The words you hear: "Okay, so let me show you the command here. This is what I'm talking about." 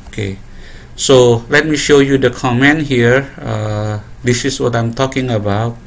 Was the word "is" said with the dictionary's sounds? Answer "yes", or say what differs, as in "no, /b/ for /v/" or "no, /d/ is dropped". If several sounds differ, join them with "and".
no, /s/ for /z/